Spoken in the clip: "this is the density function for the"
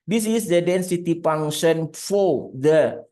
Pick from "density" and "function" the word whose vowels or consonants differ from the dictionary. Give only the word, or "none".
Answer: function